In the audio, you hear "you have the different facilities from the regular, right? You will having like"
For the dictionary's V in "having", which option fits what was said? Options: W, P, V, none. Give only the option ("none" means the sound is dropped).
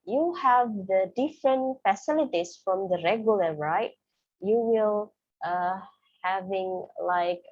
V